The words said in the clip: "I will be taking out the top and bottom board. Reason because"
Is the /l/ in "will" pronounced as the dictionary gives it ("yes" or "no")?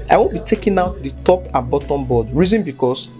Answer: no